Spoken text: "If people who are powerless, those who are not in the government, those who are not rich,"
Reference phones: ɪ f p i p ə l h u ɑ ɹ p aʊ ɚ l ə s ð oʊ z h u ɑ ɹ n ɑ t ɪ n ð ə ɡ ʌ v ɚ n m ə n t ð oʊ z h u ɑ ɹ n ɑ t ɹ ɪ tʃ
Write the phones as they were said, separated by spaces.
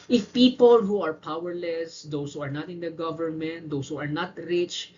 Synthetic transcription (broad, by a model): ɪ f p i p ə l h u ɑ ɹ p aʊ ɚ l ə s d oʊ s h u ɑ ɹ n ɑ t ɪ n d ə ɡ ʌ v ɚ n m ə n t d oʊ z h u ɑ ɹ n ɑ t ɹ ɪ tʃ